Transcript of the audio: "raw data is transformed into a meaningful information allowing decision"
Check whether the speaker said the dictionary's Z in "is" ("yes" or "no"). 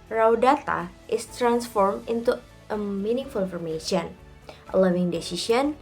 no